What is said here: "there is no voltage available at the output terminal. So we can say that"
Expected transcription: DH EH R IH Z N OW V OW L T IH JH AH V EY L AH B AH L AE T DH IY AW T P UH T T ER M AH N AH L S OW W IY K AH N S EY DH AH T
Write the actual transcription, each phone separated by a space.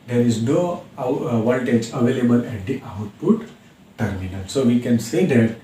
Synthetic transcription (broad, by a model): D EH R IH Z N OW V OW N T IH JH AH V EY L AH B AH L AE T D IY AW T P UH T T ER M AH N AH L S OW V IY K AH N S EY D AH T